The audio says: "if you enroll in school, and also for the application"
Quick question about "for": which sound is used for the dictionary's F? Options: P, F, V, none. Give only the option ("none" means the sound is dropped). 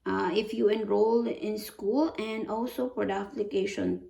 P